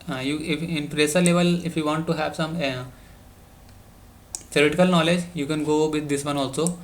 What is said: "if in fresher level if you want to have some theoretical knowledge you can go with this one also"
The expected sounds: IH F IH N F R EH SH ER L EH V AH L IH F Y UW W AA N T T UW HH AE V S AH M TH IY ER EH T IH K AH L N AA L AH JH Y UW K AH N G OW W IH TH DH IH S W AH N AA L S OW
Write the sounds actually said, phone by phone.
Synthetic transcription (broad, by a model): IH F IH N P R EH S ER L EH V AH L IH F Y UW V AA N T T UW HH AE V S AH M T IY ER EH T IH K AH L N AA L AH JH Y UW K AH N G OW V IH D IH S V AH N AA L S OW